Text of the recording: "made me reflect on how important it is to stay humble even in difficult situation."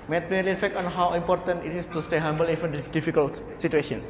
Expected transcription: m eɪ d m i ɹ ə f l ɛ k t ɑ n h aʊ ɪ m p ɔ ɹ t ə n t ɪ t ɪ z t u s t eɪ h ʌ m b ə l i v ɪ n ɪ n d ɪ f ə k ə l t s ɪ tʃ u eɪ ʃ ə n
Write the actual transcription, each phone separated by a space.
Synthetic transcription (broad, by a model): m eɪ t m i l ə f ɛ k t ɑ n h aʊ ɪ m p ɔ ɹ t ə n t ɪ t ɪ s t u s t eɪ h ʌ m b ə l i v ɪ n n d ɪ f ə k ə l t s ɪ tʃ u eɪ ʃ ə n